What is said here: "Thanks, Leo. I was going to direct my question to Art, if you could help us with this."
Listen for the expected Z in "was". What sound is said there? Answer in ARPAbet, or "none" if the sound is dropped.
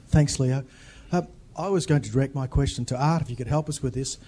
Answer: Z